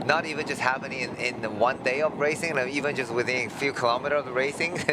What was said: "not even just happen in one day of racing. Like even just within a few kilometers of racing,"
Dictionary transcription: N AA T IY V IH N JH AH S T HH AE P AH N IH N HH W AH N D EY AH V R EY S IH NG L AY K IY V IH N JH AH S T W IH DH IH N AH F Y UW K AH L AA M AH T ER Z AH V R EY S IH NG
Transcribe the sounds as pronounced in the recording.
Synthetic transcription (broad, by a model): N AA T IY V IH N JH AH S T HH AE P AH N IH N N W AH N D EY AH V R EY S IH NG N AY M IY V IH N JH AH S T W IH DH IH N AH F Y UW K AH L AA M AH T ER AH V R EY S IH NG